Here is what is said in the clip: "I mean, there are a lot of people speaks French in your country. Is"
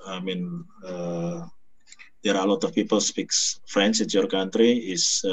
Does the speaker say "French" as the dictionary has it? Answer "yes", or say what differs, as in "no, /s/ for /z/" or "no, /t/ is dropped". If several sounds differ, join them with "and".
no, /s/ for /tʃ/